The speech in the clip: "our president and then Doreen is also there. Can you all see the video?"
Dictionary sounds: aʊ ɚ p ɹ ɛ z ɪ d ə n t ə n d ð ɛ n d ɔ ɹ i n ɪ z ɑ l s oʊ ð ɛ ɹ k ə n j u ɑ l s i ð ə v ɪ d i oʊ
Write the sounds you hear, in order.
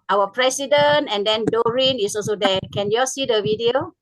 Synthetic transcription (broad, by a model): aʊ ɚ p ɹ ɛ s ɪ d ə n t ə n d ɛ n d ɔ ɹ i n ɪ s ɑ l s oʊ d ɛ k ə n j u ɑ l s i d ə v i d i oʊ